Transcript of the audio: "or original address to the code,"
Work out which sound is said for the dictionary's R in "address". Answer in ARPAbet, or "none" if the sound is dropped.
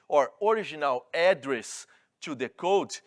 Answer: R